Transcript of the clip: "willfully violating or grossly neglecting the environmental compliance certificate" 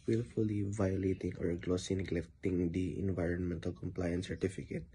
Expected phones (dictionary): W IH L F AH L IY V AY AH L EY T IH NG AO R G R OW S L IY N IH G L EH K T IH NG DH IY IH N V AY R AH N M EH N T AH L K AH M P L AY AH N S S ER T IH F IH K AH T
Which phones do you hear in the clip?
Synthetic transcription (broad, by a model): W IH L F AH L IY V AY AH L EY T IH NG AO R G L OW S IY N IH G L EH K T IH NG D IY IH N V AY R AH N M EH N T AH L K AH M P L AY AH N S S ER T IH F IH K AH T